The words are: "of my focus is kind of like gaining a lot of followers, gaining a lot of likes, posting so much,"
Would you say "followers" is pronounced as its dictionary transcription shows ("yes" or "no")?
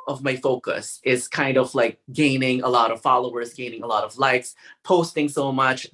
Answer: yes